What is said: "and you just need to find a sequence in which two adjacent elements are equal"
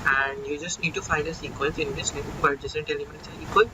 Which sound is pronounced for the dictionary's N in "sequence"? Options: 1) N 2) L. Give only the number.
2